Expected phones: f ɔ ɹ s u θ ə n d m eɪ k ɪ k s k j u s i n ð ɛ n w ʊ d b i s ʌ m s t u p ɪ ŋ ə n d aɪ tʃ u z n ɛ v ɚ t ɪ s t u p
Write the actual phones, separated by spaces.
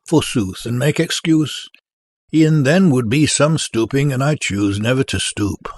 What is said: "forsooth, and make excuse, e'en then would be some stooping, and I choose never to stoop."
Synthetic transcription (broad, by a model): f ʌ ɹ s u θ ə n m eɪ k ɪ k s k j u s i n ð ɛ n w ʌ d b i s ʌ m s t u p ɪ ŋ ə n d aɪ tʃ u z n ɛ v ɚ t ɪ s t u p